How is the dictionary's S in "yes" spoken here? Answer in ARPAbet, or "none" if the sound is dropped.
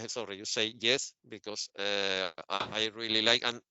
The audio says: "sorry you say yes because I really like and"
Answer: S